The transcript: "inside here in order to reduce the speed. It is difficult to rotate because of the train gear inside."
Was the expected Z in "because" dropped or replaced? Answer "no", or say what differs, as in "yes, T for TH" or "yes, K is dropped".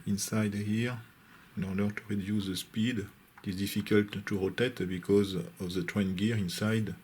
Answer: no